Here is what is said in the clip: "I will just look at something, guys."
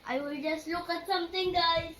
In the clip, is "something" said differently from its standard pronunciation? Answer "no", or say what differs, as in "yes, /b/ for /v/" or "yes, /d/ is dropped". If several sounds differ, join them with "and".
yes, /t/ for /θ/